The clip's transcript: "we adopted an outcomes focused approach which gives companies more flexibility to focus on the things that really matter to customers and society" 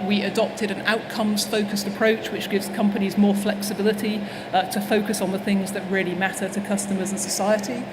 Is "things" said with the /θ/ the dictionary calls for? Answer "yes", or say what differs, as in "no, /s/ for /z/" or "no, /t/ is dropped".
yes